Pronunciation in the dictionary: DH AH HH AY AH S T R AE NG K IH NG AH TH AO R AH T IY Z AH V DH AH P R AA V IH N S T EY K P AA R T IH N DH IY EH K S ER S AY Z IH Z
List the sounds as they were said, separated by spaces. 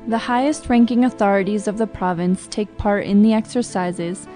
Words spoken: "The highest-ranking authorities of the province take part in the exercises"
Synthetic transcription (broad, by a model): DH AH HH AY AH S T R AE NG K IH NG AH TH AO R AH T IY Z AH V DH AH P R AA V IH N S T EY K P AA R T IH N DH IY EH K S ER S AY Z IH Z